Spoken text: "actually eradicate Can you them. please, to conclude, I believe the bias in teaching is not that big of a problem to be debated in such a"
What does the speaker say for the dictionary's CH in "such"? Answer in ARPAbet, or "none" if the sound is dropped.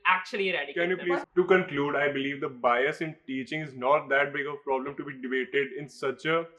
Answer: CH